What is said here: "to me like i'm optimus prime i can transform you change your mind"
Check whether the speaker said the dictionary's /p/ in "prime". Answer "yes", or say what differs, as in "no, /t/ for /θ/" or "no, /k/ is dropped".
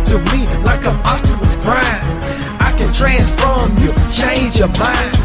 no, /b/ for /p/